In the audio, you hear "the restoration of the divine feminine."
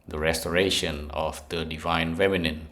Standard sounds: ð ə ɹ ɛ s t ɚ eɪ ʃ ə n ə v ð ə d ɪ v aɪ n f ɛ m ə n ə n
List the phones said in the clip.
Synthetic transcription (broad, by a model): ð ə ɹ ɛ s t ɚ eɪ ʃ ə n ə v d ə d ɪ v aɪ n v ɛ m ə n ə n